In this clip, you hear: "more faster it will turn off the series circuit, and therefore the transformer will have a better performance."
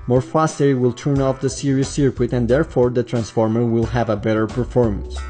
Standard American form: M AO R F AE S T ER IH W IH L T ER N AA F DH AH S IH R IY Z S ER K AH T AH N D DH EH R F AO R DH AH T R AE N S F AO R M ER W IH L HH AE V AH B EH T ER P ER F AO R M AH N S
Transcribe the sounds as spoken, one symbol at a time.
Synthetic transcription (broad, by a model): M AO R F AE S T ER IH W IH L T ER N AA F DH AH S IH R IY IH S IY K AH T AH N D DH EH R F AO R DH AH T R AE N S F AO R M ER W IH L HH AE V AH B EH T ER P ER F AO R M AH N S